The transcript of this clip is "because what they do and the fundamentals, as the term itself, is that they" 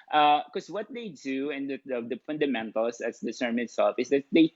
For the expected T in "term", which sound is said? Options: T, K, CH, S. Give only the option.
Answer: S